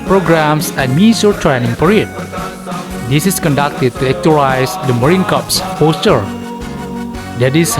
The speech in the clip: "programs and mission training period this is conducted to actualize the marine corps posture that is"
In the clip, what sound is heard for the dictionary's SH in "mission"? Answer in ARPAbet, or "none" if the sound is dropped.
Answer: S